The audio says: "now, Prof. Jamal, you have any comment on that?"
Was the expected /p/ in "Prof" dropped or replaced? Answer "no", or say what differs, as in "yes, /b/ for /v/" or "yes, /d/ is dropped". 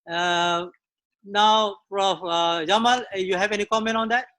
yes, /f/ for /p/